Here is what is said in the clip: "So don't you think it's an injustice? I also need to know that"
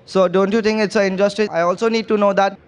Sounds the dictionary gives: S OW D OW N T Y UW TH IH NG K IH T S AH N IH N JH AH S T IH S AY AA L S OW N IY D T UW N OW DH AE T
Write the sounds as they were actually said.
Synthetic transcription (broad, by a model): S OW D OW N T Y UW T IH NG K IH T S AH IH N JH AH S T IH AY AA L S OW N IY D T UW N OW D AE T